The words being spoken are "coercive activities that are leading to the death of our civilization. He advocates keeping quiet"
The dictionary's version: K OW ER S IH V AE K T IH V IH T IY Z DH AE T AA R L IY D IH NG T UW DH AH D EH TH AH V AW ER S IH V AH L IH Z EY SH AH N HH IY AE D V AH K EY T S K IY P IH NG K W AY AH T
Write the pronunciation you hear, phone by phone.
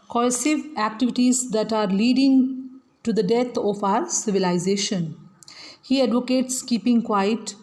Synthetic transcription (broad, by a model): K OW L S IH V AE K T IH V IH T IY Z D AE T AA R L IY D IH NG T UW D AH D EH T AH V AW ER S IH V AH L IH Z EY SH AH N HH IY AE D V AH K EY T S K IY P IH NG K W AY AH T